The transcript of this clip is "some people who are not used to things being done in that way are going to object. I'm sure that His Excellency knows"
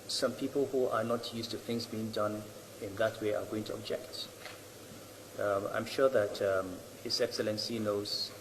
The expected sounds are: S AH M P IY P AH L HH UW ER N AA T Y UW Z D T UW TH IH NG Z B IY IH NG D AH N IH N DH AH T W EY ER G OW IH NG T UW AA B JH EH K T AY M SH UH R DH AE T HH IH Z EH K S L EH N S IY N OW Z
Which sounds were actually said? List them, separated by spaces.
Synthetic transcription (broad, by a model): S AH M P IY P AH L HH UW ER N AA T Y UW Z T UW TH IH NG Z B IY IH NG D AH N IH N DH AH T W EY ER G OW IH NG T UW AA B JH EH K T AY M SH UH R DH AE T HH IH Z EH K S L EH N S IY N OW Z